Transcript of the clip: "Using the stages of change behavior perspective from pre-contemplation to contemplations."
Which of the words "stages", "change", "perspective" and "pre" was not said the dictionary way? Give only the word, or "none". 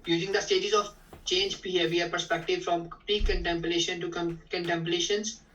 none